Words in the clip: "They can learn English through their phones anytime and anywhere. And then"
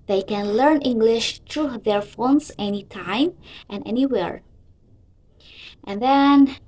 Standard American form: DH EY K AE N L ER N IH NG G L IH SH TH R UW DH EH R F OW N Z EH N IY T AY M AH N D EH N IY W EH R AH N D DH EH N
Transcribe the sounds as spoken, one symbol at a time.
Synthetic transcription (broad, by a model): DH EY K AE N L ER N IH NG G L IH SH T R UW DH EH R F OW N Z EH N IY T AY M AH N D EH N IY W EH R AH N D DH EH N